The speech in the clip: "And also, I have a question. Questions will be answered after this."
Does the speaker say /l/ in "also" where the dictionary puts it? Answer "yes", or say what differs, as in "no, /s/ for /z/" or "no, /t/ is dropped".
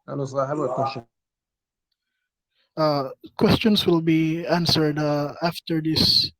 no, /l/ is dropped